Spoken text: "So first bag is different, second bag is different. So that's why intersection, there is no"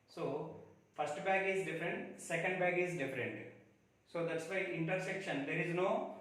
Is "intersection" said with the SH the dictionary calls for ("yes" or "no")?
yes